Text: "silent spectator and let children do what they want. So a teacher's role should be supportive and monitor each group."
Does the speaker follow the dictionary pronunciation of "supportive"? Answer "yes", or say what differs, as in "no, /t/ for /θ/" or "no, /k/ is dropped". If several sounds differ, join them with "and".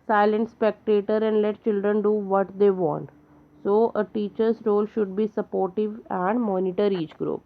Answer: yes